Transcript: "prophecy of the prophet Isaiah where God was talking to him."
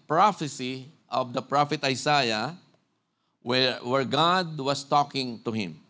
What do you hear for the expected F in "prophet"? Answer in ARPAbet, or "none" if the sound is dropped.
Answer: F